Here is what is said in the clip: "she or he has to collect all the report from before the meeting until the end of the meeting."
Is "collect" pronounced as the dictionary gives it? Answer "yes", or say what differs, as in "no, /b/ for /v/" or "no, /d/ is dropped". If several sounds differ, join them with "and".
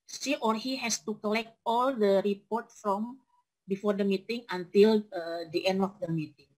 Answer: yes